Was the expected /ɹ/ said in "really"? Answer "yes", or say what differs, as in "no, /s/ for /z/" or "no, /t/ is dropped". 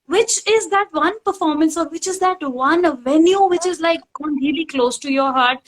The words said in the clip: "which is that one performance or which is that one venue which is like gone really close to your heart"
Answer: no, /l/ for /ɹ/